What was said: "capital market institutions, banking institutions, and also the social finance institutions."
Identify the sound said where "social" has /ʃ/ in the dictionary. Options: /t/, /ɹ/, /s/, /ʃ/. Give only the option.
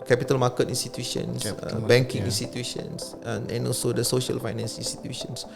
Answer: /ʃ/